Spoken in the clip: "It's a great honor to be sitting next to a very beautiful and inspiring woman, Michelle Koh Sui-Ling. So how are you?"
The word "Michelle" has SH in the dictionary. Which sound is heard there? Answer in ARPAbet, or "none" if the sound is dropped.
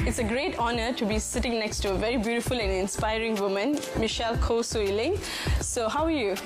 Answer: SH